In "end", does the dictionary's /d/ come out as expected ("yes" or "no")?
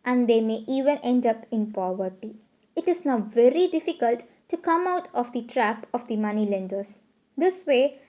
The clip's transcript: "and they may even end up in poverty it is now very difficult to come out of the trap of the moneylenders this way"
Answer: yes